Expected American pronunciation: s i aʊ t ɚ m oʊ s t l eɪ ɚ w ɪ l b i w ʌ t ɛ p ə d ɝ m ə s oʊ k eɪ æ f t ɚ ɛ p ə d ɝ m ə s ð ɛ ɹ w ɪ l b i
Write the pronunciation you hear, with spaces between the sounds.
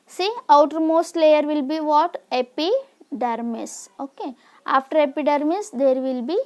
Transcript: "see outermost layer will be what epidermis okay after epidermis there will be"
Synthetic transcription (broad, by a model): s i aʊ t ɚ m oʊ s t l eɪ ɚ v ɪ l b i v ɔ t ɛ p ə d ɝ m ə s oʊ k eɪ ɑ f t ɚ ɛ p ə d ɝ m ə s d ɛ ɹ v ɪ l b i